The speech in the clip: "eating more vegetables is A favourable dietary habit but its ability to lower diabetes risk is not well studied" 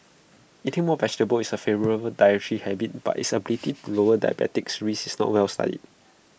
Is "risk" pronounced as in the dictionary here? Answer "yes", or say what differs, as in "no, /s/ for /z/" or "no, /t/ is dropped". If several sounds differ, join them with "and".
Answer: no, /k/ is dropped